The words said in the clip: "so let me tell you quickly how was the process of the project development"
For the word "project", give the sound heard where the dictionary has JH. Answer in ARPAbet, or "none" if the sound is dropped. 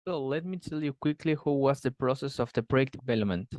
none